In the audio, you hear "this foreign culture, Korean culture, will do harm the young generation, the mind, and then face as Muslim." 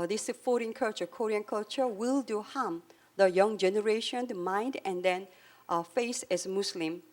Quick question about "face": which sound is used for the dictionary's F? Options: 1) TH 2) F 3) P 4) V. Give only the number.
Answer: 2